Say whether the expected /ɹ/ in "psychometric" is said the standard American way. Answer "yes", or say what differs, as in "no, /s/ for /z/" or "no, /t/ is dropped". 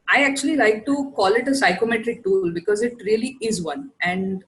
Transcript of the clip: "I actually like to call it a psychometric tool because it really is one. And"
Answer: yes